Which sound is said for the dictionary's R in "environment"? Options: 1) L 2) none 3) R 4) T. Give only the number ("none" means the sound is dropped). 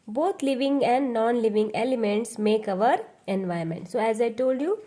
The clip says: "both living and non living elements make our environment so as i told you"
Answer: 2